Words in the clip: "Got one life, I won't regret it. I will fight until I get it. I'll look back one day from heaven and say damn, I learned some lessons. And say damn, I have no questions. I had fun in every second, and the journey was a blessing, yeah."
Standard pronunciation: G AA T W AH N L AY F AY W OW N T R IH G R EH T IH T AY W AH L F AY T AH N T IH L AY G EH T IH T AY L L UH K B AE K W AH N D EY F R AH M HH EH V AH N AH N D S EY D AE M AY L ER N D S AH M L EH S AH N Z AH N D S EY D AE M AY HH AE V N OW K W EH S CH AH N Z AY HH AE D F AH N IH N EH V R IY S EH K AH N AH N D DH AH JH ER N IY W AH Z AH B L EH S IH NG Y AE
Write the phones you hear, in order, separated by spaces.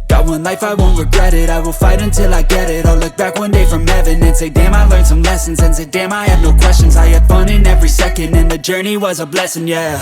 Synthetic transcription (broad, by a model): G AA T W AH N L AY F AY W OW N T R IH G R EH T IH T AY W AH L F AY T AH N T IH L AY G EH T IH T AY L L UH K B AE K W AH N D EY F R AH M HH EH V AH N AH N S EY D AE M AY L ER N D S AH M L EH S AH N Z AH N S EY D AE M AY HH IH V N OW K W EH S CH AH N Z AY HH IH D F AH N IH N EH V R IY S EH K AH N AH N DH AH JH ER N IY W AH Z AH B L EH S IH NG Y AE